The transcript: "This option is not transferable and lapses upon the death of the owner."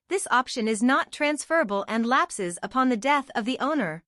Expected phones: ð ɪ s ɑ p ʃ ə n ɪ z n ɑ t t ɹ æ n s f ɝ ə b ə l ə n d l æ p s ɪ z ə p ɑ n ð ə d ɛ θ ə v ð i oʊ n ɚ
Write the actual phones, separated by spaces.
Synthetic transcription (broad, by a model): ð ɪ s ɑ p ʃ ə n ɪ z n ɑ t t ɹ æ n s f ɝ ə b ə l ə n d l æ p s ɪ z ə p ɑ n ð ə d ɛ θ ə v ð i oʊ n ɚ